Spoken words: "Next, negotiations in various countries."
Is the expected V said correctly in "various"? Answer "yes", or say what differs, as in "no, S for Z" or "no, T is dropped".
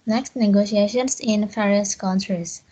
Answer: no, F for V